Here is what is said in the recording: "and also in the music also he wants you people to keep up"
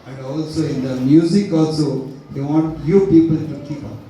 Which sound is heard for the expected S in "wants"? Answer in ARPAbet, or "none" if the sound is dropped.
none